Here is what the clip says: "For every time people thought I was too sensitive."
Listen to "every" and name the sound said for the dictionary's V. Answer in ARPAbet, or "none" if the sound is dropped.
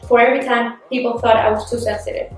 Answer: V